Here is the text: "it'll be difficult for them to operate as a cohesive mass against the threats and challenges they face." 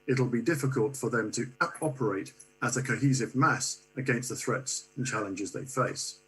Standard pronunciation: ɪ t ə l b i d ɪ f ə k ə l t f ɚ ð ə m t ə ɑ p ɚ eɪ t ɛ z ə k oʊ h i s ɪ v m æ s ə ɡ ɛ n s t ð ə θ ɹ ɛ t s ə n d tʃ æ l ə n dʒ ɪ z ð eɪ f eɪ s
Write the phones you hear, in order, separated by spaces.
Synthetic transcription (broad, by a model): ɪ t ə l b i d ɪ f ə k ə l t f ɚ ð ə m t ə ɑ p ɚ eɪ t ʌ z ə k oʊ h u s ɪ v m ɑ s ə ɡ ɛ n s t ð ə θ ɹ ɛ t s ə n tʃ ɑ l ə n dʒ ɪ z ð eɪ f eɪ s